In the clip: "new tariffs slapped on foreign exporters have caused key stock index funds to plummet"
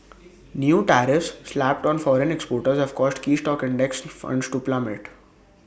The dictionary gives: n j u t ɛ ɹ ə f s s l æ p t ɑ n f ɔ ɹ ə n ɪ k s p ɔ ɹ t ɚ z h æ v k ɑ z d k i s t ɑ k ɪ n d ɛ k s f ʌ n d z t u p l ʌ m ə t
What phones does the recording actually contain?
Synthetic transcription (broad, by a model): n j u t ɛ ɹ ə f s s l æ p t ɑ n f ɔ ɹ ə n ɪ k s p ɔ ɹ t ɚ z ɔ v k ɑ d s k i s t ɑ k ɪ n d ɛ k s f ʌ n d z t u p l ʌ m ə t